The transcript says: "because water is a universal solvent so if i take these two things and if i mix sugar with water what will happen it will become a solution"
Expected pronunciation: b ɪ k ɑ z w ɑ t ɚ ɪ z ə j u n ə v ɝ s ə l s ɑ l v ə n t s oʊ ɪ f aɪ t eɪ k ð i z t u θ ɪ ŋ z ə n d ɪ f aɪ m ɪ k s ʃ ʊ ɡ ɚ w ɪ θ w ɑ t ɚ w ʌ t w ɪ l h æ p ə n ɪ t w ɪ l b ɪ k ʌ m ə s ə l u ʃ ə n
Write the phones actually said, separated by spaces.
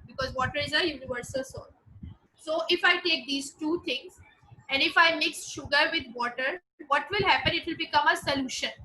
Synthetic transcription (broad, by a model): b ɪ k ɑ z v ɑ t ɚ ɪ z ə j u n ə v ɝ s ə l s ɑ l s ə t ɪ f aɪ t eɪ k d i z t u t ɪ ŋ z ə n d ɪ f aɪ m ɪ k s ʃ ʊ ɡ ɚ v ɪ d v ɑ t ɚ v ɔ t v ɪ l h æ p ə n ɪ t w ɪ l b ɪ k ʌ m ə s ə l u ʃ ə n